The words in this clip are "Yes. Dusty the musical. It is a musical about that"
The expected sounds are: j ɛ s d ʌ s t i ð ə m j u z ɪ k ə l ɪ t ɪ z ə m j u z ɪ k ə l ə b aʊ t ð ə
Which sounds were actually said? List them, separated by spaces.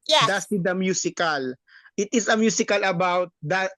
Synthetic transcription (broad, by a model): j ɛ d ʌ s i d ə m j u s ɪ k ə l ɪ t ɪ s ə m j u s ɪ k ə l ə b aʊ t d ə